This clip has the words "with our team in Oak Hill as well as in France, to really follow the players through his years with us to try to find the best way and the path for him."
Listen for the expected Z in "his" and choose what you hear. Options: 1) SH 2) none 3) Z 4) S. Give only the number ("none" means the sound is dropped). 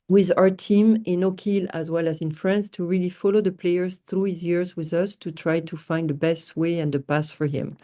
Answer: 3